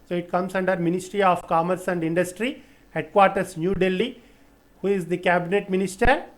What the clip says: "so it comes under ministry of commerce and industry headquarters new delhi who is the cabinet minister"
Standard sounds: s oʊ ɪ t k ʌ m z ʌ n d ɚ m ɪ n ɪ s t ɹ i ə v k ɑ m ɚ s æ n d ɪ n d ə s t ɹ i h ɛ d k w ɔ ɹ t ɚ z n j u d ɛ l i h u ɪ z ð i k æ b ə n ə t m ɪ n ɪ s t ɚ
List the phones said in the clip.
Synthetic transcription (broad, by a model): s oʊ ɪ t k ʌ m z ʌ n d ɚ m ɪ n ɪ s t ɹ i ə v k ɑ m ɚ s æ n d ɪ n d ə s t ɹ i h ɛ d k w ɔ ɹ t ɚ s n j u d ɛ l i h u ɪ z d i k æ b ə n ə t m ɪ n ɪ s t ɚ